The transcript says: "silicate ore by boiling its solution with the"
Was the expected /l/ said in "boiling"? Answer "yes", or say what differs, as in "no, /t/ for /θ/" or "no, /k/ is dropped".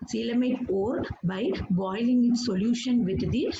yes